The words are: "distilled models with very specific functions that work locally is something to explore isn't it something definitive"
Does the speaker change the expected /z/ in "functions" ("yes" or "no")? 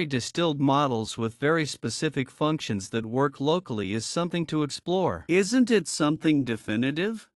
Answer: no